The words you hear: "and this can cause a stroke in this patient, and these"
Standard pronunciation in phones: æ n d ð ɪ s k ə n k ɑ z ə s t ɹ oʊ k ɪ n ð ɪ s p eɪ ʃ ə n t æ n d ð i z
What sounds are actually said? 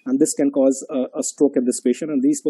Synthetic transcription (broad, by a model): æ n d ɪ s k ə n k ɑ z ə s t ɹ oʊ k ɪ n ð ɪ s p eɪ ʃ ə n æ n d i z